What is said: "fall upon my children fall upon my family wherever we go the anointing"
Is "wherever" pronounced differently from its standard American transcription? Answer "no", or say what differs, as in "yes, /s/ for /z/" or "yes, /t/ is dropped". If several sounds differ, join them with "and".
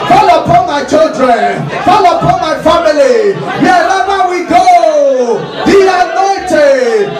yes, /l/ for /ɹ/